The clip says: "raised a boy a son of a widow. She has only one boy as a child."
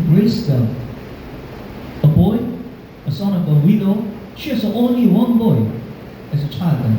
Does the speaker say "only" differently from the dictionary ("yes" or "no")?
no